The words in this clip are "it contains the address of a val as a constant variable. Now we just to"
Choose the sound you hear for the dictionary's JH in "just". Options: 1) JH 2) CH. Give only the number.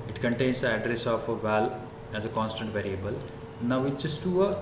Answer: 2